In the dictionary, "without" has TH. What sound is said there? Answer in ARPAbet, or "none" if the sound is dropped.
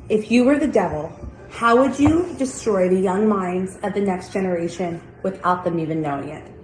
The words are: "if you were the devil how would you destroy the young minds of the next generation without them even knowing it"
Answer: TH